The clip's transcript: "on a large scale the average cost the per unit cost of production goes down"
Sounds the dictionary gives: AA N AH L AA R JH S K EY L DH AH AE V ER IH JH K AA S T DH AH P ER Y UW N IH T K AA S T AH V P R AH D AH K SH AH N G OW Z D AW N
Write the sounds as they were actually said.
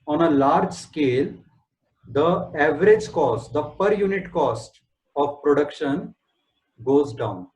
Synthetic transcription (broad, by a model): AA N AH L AA R JH S K EY L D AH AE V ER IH JH K AA S T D AH P ER Y UW N IH T K AA S T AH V P R AH D AH K SH AH N G OW Z D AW N